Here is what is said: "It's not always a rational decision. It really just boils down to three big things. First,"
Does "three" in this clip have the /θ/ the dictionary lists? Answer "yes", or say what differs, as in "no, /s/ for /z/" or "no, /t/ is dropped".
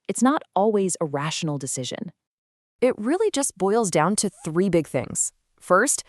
yes